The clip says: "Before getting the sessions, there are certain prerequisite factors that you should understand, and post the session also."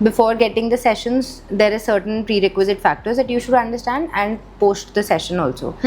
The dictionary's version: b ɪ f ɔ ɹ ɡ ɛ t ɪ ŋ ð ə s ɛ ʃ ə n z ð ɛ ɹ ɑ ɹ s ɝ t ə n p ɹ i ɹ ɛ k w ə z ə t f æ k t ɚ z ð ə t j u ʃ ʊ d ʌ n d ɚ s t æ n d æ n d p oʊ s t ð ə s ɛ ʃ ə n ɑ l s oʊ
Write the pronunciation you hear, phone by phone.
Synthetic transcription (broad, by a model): b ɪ f ɔ ɹ ɡ ɛ t ɪ ŋ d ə s ɛ ʃ ə n z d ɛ ɹ ɑ ɹ s ɝ t ə n p ɹ i ɹ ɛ k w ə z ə t f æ k t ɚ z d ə t j u ʃ ʊ d ʌ n d ɚ s t æ n d æ n d p oʊ s t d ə s ɛ ʃ ə n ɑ l s oʊ